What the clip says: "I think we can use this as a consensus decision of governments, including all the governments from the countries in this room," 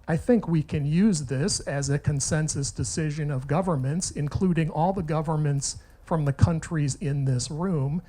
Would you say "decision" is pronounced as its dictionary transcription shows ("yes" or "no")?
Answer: yes